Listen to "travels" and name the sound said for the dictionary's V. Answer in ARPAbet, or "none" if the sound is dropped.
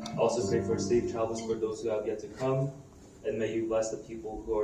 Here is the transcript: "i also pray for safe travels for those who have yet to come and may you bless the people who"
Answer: none